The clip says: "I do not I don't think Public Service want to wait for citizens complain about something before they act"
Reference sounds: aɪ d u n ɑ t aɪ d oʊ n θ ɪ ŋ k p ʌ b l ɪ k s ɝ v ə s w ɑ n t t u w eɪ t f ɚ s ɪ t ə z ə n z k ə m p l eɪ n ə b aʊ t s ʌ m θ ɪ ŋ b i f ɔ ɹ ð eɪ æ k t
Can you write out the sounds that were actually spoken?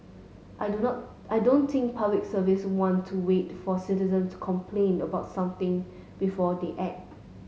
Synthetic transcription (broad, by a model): aɪ d u n ɑ t aɪ d oʊ n t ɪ ŋ k p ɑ b l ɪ k s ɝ v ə s w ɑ n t t u w eɪ t f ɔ s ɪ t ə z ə n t k ə m p l eɪ n ə b aʊ t s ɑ m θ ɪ ŋ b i f ɔ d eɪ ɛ t